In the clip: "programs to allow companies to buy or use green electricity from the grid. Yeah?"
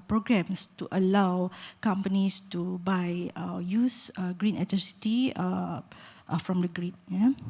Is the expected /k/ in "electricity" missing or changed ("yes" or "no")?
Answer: yes